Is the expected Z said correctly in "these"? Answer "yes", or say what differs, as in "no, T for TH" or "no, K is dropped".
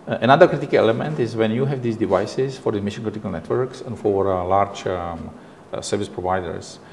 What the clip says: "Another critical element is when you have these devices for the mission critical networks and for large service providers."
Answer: no, S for Z